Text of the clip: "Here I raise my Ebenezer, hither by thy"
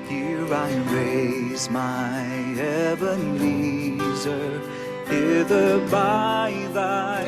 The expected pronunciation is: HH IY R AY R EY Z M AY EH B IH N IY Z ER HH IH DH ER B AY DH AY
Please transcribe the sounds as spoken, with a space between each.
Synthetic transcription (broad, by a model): HH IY R AY R EY Z M AY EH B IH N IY Z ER HH IH DH ER B AY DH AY